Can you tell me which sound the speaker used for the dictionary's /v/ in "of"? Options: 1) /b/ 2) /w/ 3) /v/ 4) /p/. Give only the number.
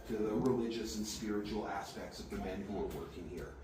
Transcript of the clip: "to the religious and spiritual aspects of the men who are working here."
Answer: 3